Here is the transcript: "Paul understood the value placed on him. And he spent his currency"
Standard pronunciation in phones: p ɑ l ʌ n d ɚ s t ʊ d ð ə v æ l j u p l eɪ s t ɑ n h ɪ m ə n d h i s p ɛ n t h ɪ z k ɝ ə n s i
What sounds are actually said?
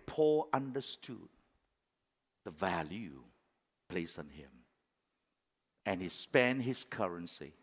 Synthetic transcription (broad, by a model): p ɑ l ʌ n d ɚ s t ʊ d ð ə v æ l j u p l eɪ s ɑ n h ɪ m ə n h i s p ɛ n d h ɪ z k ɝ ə n s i